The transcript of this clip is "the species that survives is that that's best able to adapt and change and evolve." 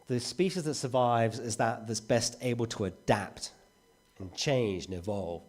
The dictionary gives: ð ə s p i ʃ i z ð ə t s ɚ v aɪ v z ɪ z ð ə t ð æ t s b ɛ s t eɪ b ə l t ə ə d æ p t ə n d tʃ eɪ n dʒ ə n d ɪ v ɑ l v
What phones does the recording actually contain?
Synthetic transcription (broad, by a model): ð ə s p i ʃ i z ð ə t s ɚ v aɪ v z ɪ z ð ə t ð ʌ t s b ɛ s t eɪ b ə l t ə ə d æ p t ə n tʃ eɪ n dʒ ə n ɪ v ɑ l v